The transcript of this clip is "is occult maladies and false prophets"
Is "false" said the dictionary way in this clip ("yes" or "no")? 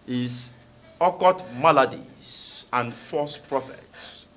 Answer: no